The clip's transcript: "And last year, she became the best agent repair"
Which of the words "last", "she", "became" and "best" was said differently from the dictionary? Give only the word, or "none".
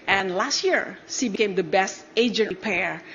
she